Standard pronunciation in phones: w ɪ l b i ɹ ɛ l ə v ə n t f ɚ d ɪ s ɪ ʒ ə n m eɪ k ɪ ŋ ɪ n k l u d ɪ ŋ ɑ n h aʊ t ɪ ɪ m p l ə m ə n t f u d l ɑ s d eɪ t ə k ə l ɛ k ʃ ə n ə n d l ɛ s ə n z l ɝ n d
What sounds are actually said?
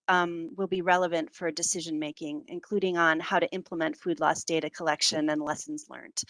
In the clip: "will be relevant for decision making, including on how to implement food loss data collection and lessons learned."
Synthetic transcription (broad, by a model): w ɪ l b i ɹ ɛ l ə v ə n t f ɚ d ɪ s ɪ ʒ ə n m eɪ k ɪ ŋ ɪ n k l u d ɪ ŋ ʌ n h aʊ t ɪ ɪ m p l ə m ə n t f u d l ɑ s d eɪ t ə k ə l ɛ k ʃ ə n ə n l ɛ s n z l ɝ n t